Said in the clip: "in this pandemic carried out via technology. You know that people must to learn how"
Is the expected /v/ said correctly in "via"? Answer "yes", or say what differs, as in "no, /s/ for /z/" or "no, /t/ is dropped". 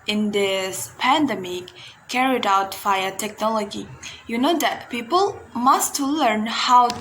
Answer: no, /f/ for /v/